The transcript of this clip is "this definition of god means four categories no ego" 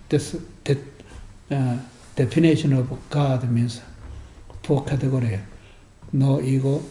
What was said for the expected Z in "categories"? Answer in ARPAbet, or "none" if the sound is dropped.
none